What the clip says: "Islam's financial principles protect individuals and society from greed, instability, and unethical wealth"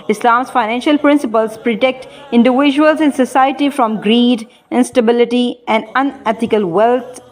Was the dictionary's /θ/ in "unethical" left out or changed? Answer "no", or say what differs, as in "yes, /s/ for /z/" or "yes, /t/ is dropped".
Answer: yes, /t/ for /θ/